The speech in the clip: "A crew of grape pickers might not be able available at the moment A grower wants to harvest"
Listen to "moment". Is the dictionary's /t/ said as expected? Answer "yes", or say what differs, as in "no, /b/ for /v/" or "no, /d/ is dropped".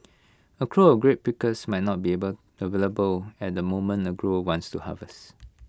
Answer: no, /t/ is dropped